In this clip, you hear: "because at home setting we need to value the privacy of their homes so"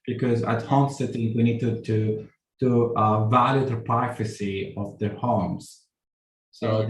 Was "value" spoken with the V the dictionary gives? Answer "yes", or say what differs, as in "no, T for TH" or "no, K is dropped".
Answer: yes